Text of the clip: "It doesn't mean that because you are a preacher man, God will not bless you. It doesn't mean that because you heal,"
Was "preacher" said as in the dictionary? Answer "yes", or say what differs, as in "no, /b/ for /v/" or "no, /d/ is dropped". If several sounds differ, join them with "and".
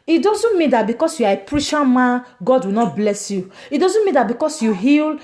no, /ʃ/ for /tʃ/